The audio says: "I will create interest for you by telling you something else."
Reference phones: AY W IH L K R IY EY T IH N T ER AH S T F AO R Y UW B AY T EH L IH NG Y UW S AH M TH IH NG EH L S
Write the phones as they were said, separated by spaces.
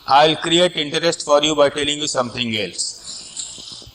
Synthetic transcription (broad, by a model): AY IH L K R IY EY T IH N T ER AH S T F AO R Y UW B AY T EH L IH NG Y UW S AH M T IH NG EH L S